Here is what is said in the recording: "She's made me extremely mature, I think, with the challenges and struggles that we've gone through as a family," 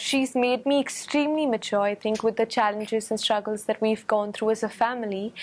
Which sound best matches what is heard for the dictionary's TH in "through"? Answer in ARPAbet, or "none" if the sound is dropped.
TH